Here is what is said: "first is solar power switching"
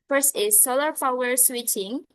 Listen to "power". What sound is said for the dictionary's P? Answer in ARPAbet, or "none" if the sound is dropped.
F